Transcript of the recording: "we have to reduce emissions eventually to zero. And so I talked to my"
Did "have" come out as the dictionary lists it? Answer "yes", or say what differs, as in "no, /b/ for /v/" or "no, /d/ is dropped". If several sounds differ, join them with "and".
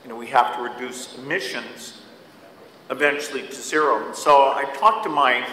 no, /f/ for /v/